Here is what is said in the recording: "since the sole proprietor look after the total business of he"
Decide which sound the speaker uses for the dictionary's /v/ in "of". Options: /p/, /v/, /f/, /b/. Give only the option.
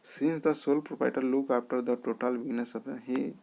/p/